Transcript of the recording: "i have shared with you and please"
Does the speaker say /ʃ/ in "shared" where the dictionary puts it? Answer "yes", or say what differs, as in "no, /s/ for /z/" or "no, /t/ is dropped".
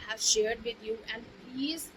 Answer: yes